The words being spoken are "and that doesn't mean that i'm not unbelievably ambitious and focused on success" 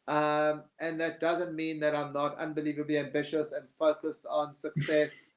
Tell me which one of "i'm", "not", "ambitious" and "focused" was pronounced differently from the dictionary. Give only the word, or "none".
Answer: none